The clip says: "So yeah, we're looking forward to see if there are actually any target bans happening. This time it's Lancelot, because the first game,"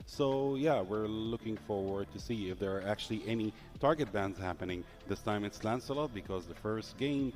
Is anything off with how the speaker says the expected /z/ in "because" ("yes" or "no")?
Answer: no